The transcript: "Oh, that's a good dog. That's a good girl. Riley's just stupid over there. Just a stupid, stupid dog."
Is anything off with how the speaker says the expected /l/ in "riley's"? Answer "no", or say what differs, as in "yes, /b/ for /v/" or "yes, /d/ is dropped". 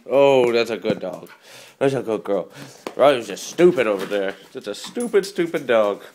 yes, /w/ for /l/